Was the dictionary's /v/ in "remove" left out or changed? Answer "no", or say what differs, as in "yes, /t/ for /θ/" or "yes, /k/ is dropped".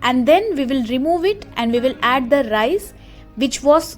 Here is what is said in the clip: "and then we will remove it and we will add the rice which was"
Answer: no